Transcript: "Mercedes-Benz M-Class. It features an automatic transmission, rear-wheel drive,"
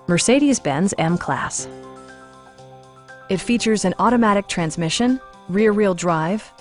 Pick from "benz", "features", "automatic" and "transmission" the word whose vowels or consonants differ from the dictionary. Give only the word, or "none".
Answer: none